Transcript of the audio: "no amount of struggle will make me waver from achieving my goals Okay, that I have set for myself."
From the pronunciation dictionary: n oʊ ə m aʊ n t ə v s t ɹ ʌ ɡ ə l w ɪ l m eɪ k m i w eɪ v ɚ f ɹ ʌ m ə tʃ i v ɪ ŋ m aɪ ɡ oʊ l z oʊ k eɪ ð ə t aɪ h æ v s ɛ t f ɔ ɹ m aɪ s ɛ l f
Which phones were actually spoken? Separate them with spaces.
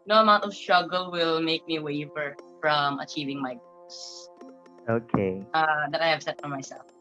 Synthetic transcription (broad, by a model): n oʊ ə m aʊ n t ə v s t ɹ ʌ ɡ ə l w ɪ l m eɪ k m i w eɪ f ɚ f ɹ ʌ m ə tʃ i v ɪ ŋ m aɪ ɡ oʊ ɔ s oʊ k eɪ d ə t aɪ h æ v s ɛ t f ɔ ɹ m aɪ s ɛ l f